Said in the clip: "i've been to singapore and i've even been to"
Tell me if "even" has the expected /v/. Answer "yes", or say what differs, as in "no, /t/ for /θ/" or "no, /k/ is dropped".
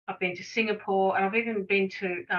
yes